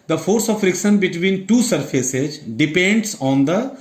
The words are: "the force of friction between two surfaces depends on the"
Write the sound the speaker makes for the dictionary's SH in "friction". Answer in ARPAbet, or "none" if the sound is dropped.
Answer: S